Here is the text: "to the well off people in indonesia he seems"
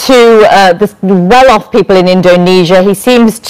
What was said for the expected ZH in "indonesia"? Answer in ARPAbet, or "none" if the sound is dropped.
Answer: ZH